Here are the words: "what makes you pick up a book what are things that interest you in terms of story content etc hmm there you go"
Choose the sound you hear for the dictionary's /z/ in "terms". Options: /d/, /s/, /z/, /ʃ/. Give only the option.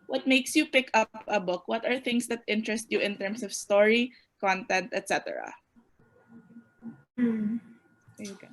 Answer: /s/